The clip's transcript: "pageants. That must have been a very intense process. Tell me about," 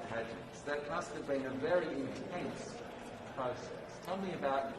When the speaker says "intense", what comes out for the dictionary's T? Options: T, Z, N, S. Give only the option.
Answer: T